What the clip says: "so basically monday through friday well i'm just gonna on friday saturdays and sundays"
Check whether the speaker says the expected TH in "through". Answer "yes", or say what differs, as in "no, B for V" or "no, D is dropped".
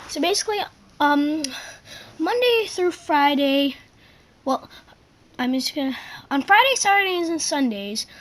yes